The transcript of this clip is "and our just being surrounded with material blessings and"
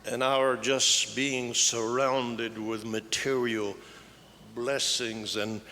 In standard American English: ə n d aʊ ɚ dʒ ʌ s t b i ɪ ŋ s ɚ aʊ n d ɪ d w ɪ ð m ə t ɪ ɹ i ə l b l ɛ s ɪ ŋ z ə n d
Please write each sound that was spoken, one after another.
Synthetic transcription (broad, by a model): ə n aʊ ɚ dʒ ʌ s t b i ɪ ŋ s ɚ aʊ n d ɪ d w ɪ ð m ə t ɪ ɹ i l b l ɛ s ɪ ŋ z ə n